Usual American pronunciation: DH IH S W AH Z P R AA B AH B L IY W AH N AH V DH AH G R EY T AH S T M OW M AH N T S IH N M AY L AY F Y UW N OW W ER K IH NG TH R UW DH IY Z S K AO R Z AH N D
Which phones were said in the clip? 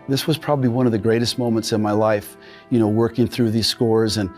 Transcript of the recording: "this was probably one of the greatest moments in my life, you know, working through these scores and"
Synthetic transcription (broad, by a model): DH IH S W AH Z P R AA B AH B L IY W AH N AH V DH AH G R EY T AH S T M OW M AH N T S IH N M AY L AY F Y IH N OW W ER K IH NG TH R UW DH IY Z S K AO R Z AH N